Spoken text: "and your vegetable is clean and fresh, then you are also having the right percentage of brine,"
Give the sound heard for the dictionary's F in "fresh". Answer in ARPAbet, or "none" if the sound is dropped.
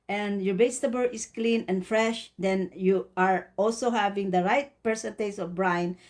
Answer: F